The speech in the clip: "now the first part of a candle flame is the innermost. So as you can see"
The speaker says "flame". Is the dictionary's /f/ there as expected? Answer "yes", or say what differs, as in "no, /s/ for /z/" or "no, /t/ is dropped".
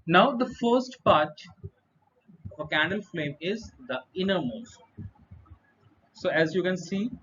yes